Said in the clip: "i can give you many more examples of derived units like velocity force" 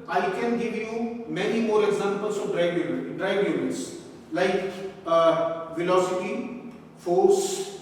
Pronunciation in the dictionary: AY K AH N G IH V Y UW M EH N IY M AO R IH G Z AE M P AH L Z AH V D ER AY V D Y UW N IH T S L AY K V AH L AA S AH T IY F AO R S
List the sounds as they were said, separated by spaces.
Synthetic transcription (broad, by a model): AY K AH N G IH V Y UW M EH N IY M AO R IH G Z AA M P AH L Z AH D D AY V D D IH L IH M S L AY K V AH L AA S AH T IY F AO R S